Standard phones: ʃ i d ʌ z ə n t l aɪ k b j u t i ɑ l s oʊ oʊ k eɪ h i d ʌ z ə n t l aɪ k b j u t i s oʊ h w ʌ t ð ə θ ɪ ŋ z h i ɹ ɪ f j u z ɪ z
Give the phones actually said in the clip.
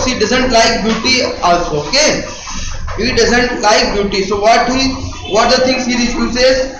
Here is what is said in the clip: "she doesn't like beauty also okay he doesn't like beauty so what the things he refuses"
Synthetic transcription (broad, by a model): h i d ʌ z ə n t l aɪ k b j u t i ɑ s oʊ oʊ k eɪ h i d ʌ z ə n t l aɪ k b j u t i s oʊ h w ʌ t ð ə t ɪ ŋ s h i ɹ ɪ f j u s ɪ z